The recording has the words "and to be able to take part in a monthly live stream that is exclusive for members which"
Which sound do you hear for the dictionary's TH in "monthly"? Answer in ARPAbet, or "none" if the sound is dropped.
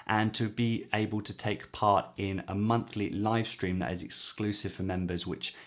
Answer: TH